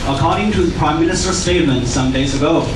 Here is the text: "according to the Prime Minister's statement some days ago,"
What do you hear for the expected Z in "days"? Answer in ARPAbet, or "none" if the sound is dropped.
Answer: Z